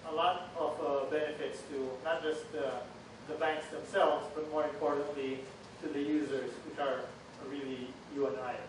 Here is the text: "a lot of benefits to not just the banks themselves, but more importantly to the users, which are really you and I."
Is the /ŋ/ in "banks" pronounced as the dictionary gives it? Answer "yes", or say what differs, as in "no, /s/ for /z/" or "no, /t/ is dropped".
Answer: yes